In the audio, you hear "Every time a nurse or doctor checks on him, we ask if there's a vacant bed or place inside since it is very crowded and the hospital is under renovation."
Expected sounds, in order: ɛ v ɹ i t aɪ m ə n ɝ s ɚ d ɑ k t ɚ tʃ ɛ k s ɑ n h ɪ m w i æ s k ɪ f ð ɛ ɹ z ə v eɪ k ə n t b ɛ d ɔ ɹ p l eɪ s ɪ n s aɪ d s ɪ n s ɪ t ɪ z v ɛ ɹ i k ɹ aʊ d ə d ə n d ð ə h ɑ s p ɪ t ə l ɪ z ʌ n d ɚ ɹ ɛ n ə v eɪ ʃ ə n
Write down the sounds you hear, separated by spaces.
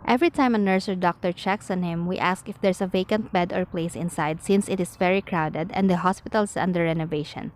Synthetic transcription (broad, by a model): ɛ v ɹ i t aɪ m ə n ɝ s ɚ d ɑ k t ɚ tʃ ɛ k s ɑ n h ɪ m w i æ s k ɪ f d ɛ ɹ s ə v eɪ k ə n t b ɛ d ɔ ɹ p l eɪ s ɪ n s aɪ d s ɪ n s ɪ t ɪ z v ɛ ɹ i k ɹ aʊ d ə d ə n d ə h ɑ s p ɪ t ə l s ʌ n d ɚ ɹ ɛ n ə v eɪ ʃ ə n